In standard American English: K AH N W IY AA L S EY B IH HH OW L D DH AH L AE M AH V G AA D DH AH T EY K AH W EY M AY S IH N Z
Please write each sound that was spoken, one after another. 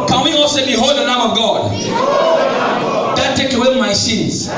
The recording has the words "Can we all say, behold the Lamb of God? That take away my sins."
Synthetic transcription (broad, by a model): K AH N W IY AA L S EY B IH HH OW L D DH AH N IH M AH V G AA D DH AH T EY K AH W EY M AY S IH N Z